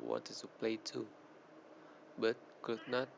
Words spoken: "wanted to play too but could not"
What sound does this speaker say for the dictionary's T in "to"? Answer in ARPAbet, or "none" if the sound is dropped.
S